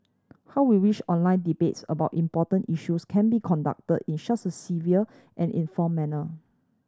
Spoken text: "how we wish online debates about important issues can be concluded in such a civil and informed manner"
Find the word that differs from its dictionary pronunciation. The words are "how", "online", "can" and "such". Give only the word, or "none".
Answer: such